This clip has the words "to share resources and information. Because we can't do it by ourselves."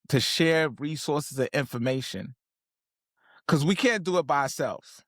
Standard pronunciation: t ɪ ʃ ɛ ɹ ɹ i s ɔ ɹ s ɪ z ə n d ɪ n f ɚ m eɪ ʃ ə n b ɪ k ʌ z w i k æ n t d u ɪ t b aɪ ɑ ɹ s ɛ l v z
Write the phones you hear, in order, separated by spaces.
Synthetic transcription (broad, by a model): t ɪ ʃ ɛ ɹ ɹ i s ɔ ɹ s ɪ z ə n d ɪ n f ɚ m eɪ ʃ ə n k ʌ z w i k æ n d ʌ ɪ t b aɪ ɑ ɹ s ɛ l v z